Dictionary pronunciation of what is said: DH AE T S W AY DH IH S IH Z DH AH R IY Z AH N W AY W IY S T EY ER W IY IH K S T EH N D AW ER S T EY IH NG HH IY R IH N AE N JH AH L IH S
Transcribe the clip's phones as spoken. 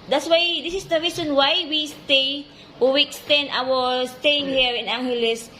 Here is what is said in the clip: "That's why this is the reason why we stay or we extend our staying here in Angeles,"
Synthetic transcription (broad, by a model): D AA T S W AY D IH S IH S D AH R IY S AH N W AY W IY S T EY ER W IY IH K S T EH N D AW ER S T EY IH NG HH IY R IH N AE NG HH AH L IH S